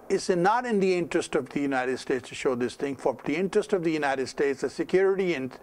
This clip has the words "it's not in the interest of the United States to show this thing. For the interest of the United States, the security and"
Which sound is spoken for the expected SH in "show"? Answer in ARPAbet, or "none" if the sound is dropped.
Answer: SH